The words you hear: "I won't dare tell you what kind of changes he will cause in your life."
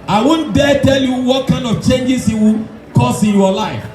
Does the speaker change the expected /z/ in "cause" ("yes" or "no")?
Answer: yes